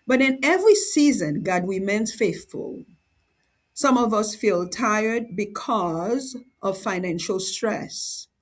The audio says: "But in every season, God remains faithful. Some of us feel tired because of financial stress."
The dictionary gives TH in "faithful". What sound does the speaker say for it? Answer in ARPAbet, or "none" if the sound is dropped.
TH